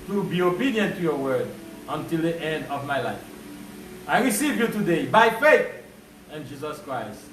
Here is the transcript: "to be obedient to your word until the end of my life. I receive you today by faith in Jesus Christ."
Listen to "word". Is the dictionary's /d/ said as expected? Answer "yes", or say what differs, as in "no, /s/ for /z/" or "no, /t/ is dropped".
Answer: yes